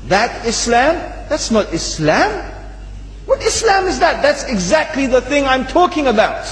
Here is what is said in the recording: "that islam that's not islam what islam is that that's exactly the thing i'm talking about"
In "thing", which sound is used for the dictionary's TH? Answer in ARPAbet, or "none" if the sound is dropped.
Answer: TH